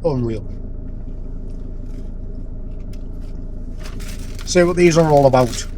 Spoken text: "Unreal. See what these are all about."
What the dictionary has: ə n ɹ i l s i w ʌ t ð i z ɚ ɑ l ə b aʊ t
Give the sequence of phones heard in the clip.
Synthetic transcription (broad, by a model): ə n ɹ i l s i w ʌ t ð i z ɚ ɑ l ə b aʊ t